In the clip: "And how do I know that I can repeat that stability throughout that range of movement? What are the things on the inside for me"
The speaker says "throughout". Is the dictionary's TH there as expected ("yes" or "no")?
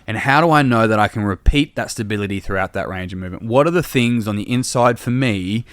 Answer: yes